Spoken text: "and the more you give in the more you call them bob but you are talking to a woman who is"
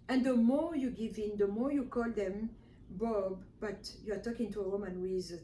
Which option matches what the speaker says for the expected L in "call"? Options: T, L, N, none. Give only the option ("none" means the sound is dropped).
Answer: L